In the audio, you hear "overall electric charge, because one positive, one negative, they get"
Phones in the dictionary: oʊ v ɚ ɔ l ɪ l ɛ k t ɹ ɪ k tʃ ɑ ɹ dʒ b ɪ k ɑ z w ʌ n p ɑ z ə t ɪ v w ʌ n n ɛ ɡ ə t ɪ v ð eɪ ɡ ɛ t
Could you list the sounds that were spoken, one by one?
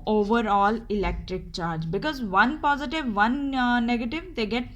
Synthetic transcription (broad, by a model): oʊ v ɚ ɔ l ɪ l ɛ k t ɹ ɪ k tʃ ɑ ɹ dʒ b ɪ k ɑ z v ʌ n p ɑ z ə t ɪ v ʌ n n ɛ ɡ ə t ɪ v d eɪ ɡ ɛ t